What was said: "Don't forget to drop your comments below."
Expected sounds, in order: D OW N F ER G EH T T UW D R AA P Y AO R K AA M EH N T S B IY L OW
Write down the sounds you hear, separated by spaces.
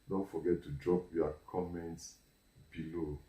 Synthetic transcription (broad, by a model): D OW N F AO G EH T T UW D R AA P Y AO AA K AA M EH N T S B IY L OW